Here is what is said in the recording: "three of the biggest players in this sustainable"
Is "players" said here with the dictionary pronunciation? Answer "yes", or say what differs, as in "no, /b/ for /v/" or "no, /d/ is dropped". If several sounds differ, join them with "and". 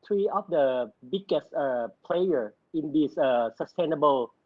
no, /z/ is dropped